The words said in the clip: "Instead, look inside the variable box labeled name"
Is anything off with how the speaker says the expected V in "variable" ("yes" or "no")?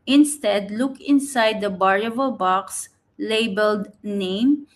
yes